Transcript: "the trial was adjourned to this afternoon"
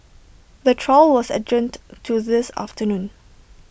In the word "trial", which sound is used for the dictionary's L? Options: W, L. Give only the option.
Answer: L